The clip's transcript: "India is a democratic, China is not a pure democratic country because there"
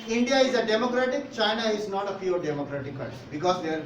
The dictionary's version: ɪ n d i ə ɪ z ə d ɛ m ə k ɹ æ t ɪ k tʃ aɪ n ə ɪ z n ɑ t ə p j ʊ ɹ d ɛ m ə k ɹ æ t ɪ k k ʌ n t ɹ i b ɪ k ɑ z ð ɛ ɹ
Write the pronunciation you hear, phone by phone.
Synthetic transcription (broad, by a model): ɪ n d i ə ɪ z ə d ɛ m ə k ɹ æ t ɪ k tʃ aɪ n ə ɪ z n ɑ t ə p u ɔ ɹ d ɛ m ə k ɹ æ t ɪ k k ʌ t b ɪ k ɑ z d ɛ ɹ